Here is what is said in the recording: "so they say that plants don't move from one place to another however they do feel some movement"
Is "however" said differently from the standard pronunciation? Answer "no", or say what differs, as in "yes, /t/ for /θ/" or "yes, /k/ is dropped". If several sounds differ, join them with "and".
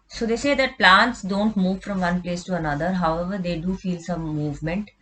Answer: no